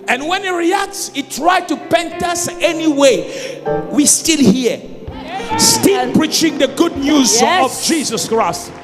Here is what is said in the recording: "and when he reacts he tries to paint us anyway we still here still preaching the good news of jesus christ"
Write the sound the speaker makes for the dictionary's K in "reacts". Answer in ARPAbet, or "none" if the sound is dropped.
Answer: K